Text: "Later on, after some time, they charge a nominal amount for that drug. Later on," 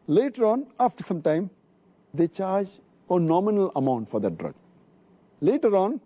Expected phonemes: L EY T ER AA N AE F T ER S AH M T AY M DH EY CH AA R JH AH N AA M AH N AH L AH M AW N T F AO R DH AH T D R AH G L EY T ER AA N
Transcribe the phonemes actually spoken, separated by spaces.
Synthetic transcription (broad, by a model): L EY T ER AA N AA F T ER S AH M T AY M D EY CH AA R JH AH N AA M AH N AH L AH M AW N T F AO R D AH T D R AH G L EY T ER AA N